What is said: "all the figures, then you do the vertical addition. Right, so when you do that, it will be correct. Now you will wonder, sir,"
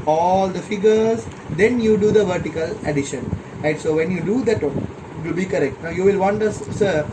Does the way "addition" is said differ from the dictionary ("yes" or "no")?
no